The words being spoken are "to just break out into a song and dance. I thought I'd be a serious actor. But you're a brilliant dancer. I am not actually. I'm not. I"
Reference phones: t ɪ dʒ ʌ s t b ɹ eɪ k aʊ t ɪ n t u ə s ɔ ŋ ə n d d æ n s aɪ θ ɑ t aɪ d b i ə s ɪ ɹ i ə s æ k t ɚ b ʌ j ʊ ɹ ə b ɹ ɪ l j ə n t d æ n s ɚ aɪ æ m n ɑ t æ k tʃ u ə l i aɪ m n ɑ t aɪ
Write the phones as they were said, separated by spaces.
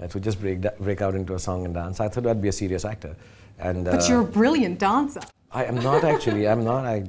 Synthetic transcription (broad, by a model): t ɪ dʒ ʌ s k b ɹ eɪ k aʊ t ɪ n t u ə s ɔ ŋ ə n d d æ n s aɪ t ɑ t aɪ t b i ə s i ɹ i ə s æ k t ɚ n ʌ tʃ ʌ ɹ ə b ɹ ɪ l j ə n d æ n s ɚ aɪ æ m n ɑ t æ k tʃ u ə l i aɪ m n ɑ t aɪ